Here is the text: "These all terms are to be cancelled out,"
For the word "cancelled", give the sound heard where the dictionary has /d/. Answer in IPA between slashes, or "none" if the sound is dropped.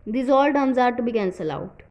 none